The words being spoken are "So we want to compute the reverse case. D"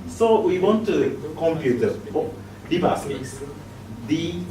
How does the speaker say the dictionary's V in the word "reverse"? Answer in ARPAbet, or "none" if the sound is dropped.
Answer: B